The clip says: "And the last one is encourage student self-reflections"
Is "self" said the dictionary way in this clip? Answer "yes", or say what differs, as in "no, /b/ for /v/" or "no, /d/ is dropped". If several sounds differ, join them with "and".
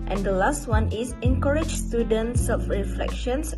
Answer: no, /l/ is dropped